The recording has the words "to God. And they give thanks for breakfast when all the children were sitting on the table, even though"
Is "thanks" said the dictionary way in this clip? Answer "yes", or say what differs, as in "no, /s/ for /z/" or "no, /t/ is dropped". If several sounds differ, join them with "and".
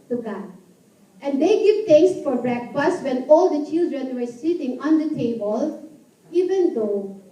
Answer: no, /t/ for /θ/